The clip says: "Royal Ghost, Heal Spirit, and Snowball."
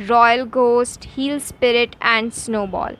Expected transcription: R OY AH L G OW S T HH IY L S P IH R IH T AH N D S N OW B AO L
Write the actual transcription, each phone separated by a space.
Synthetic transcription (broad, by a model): R OY AH L G OW S T HH IY L S P IH R IH T AH N D S N OW B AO L